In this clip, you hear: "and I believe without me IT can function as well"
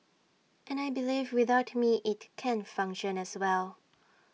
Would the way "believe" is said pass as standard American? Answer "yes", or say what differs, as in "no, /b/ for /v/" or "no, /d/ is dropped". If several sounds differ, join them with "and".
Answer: yes